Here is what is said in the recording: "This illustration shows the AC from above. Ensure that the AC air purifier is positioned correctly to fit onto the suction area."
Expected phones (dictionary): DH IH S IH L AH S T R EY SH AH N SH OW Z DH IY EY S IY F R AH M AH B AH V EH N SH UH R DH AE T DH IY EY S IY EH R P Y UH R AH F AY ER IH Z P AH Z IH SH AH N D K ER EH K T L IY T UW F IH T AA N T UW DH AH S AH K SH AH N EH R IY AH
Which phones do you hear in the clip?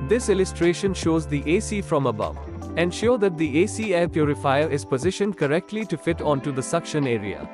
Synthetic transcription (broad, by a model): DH IH S IH L AH S T R EY SH AH N SH OW Z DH IY EY S IY F R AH M AH B AH V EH N SH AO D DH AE T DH IY EY S IY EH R P Y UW R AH F AY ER IH Z P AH Z IH SH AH N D K ER EH K T L IY T UW F IH T AA N T UW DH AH S AH K SH AH N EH R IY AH